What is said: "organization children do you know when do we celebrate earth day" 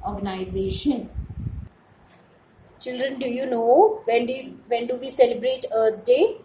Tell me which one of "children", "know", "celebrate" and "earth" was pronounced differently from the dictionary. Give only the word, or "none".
earth